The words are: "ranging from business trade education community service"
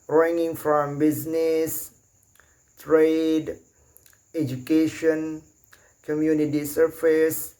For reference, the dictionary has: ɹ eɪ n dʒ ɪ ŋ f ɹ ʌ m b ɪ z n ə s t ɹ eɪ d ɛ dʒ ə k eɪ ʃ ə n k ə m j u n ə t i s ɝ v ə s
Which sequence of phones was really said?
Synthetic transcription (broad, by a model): ɹ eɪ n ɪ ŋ f ɹ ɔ m b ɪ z n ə s t ɹ eɪ d ɛ dʒ ə k eɪ ʃ ə n k ə m j u n ə t i s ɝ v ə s